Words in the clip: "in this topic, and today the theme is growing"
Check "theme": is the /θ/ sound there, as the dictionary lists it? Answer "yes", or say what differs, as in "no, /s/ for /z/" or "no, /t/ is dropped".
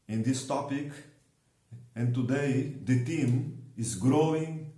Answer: no, /t/ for /θ/